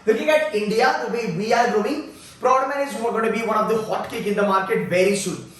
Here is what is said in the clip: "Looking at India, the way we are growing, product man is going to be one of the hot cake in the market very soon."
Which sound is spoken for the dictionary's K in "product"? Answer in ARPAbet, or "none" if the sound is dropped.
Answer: none